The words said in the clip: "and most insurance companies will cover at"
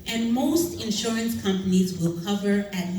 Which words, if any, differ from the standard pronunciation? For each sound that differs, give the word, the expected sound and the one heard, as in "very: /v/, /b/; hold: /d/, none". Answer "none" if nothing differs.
none